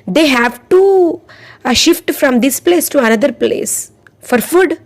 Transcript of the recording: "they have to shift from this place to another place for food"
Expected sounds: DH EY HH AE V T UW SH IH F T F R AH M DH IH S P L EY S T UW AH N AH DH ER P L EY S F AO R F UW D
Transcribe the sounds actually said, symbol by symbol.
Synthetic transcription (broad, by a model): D EY HH AE V T UW SH IH F T F R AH M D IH S P L EY S T UW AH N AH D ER P L EY S F AO R F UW D